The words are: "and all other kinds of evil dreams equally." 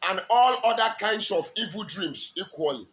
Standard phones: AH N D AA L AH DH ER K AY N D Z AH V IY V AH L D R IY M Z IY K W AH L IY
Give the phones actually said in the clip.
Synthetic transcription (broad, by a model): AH N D AA L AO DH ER K AY N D S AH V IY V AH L D R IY M S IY K W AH L IY